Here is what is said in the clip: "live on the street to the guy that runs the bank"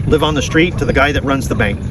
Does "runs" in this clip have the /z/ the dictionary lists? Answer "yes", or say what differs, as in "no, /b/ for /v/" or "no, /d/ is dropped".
yes